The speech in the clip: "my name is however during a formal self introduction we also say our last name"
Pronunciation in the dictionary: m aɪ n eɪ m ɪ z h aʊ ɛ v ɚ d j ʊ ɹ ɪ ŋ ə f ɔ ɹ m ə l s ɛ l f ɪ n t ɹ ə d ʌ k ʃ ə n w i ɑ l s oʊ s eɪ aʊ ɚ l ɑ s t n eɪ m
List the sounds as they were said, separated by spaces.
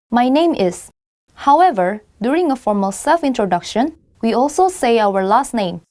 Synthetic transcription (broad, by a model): m aɪ n eɪ m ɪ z h aʊ ɛ v ɚ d j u ɹ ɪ ŋ ə f ɔ ɹ m ə l s ɛ l f ɪ n t ɹ ə d ʌ k ʃ ə n w i ɑ l s oʊ s eɪ aʊ ɚ l ɑ s t n eɪ m